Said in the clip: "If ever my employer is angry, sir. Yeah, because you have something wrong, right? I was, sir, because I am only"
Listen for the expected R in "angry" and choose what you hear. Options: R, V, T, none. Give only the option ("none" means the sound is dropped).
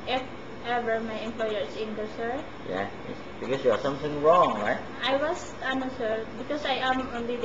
none